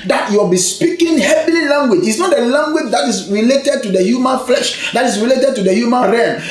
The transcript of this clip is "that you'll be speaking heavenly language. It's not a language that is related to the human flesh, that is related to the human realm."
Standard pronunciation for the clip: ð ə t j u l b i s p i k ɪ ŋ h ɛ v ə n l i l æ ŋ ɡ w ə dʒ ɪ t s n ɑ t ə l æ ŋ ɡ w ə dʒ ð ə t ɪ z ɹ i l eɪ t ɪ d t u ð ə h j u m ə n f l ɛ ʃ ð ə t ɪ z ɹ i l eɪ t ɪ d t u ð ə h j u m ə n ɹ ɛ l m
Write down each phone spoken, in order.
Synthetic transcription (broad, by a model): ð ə t j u w b i s p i k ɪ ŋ h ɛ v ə l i l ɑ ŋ ɡ w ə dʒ ɪ t s n ɑ t ə l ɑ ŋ ɡ w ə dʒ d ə t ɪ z ɹ i l eɪ t ɪ d t u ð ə h j u m ə n f l ɛ ʃ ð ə t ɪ s ɹ i l eɪ t ɪ d t u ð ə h j u m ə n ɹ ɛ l